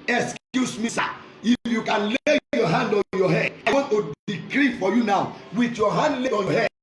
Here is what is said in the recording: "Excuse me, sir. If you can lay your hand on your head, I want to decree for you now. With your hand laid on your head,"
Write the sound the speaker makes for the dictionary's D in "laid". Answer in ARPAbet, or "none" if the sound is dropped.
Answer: none